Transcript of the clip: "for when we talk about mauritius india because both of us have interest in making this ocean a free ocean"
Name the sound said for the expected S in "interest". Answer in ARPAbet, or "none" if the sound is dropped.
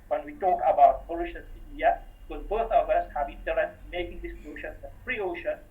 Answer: none